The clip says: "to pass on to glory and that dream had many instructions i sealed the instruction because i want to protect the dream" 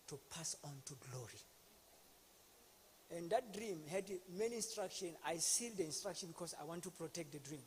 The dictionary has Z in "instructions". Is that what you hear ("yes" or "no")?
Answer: no